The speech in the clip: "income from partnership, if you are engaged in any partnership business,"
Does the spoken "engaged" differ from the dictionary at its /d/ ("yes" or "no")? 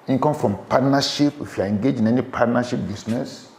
yes